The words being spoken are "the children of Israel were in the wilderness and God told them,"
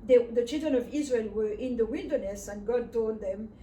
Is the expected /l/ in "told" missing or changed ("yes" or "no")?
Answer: yes